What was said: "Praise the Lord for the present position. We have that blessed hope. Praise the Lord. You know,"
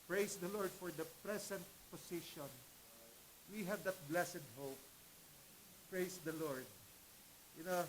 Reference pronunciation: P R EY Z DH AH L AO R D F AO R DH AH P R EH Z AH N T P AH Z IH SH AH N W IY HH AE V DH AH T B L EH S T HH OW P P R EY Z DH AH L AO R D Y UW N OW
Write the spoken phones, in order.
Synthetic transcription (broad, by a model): P R EY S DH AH L AO R D F AO R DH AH P R EH S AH N T P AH S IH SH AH N W IY HH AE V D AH T B L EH S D HH OW P P R EY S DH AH L AO R D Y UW N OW